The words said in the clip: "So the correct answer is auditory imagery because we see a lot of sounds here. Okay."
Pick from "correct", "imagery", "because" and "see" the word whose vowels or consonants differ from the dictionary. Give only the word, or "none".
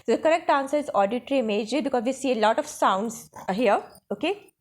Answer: imagery